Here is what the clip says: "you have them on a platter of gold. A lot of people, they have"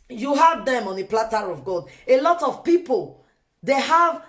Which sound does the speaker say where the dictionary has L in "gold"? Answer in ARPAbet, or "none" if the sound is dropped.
none